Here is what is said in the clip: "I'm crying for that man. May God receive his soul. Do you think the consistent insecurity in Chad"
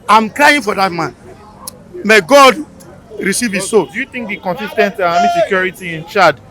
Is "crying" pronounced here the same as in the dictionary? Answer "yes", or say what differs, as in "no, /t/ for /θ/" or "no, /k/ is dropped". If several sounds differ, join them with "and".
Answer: no, /l/ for /ɹ/